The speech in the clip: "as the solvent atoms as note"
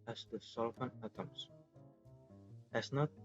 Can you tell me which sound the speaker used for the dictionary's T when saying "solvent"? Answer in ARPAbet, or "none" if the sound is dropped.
none